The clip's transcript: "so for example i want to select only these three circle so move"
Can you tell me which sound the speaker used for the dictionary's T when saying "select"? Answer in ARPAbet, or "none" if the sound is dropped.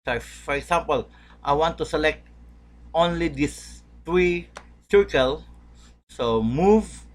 T